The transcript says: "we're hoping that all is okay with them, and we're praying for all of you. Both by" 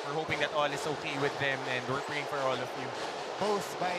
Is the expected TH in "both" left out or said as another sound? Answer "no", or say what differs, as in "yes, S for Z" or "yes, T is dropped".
yes, S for TH